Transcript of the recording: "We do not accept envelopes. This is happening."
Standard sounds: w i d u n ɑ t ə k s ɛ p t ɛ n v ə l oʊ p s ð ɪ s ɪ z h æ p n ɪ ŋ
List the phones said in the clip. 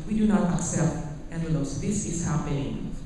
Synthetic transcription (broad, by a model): w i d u n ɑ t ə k s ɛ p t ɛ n ə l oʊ s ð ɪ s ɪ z h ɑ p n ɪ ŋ